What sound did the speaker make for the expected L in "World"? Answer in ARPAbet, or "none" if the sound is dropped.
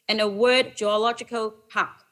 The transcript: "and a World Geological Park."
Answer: none